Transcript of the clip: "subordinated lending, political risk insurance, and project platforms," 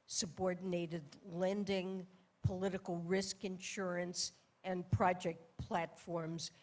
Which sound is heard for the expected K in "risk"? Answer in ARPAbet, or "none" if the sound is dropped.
K